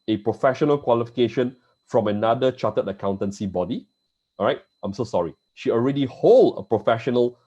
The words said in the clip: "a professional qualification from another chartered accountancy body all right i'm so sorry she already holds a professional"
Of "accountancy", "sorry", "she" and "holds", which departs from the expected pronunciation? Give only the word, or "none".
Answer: holds